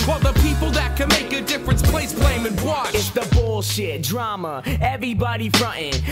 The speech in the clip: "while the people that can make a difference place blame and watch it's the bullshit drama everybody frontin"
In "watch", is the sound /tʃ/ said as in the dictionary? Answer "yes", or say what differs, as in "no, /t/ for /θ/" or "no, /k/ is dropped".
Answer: no, /tʃ/ is dropped